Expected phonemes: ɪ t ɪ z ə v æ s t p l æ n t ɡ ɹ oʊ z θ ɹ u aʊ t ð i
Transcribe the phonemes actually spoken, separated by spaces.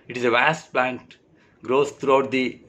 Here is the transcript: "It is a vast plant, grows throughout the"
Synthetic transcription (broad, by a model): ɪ t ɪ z ə v æ s t p l æ n t ɡ ɹ oʊ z t ɹ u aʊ t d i